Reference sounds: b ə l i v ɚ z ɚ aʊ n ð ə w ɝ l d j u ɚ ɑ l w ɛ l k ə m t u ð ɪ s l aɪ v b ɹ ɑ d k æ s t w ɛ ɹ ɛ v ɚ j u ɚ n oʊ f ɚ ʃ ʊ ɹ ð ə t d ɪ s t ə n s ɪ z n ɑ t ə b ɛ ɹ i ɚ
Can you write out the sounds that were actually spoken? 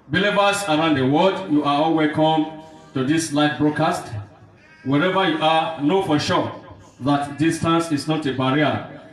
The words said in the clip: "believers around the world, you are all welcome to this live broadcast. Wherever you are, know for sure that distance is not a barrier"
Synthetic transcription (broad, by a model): b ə l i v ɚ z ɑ aʊ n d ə w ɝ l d j u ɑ ɑ l w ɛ k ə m t u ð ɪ s l aɪ f b ɹ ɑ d k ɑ s t w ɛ ɹ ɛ v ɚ j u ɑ n oʊ f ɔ ʃ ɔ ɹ ð ə t d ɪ s t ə n s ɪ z n ɑ t ə b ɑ ɹ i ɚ